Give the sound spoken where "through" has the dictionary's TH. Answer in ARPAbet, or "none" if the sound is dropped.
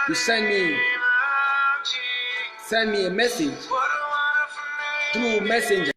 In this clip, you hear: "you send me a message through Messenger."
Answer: T